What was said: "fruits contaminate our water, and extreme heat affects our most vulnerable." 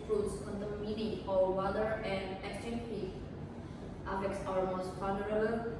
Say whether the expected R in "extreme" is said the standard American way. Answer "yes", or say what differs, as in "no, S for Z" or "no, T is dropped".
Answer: no, R is dropped